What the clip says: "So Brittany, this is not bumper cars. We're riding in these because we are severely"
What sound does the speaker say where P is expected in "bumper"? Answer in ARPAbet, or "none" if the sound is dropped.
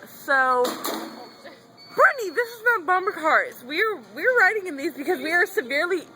B